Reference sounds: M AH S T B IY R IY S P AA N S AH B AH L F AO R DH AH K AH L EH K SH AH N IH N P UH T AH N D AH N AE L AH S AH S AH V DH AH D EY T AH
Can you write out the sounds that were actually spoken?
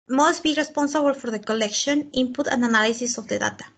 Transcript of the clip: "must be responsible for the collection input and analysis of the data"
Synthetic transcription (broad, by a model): M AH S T B IY R IY S P AA N S AH B AH L F AO R DH AH K AH L EH K SH AH N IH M P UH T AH N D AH N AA L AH S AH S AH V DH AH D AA T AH